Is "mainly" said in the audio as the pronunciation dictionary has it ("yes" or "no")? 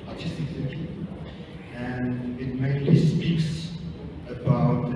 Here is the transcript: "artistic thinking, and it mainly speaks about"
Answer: no